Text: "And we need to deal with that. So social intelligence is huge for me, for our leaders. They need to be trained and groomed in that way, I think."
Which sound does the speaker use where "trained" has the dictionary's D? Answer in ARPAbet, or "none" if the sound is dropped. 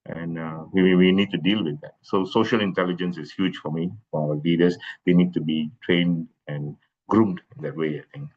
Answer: D